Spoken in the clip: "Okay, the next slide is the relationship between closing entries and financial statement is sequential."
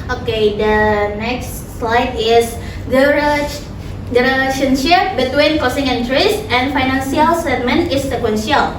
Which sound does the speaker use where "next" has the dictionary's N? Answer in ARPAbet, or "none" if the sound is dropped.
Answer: N